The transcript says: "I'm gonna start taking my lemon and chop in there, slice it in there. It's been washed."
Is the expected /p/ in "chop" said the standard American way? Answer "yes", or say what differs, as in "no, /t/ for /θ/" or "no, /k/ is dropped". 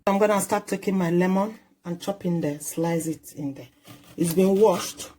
yes